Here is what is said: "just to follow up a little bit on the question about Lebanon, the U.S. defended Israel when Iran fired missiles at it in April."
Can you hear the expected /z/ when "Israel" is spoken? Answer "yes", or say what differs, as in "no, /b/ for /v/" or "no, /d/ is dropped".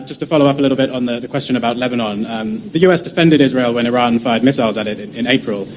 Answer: yes